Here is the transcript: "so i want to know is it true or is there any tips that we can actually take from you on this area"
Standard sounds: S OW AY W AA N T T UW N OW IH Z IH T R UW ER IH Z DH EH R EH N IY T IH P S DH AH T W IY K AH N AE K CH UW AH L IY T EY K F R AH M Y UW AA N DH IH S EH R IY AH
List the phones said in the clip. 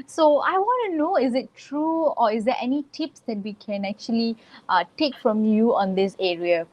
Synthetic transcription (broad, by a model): S OW AY W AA N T T UW N OW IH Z IH T R UW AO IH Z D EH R EH N IY T IH P S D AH T W IY K AH N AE K CH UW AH L IY T EY K F R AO M Y UW AA N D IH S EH R IY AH